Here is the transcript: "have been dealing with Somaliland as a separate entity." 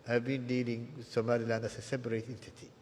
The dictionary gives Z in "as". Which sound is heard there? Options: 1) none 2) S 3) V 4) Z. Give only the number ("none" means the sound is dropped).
2